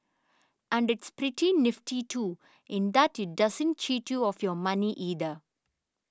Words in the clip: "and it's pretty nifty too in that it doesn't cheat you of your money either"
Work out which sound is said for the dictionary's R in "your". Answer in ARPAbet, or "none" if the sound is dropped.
R